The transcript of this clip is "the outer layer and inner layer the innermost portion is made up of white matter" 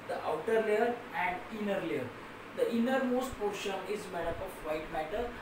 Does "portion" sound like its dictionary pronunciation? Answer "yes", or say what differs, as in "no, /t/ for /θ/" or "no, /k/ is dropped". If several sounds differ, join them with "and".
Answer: yes